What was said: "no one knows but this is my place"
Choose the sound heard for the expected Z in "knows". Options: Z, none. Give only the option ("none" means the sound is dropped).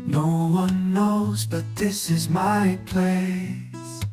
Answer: Z